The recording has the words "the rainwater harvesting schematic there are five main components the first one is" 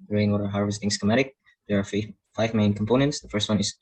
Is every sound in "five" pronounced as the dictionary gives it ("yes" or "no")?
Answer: yes